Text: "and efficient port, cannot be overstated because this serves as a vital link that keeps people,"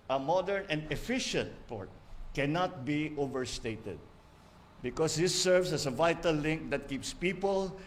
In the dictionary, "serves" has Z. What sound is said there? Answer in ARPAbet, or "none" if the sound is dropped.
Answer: S